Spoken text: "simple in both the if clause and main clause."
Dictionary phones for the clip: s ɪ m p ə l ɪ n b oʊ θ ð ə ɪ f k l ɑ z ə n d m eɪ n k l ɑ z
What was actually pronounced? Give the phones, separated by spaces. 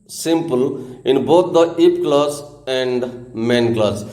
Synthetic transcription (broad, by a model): s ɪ m p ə l ɪ n b oʊ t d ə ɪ p k l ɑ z ə n d m eɪ n k l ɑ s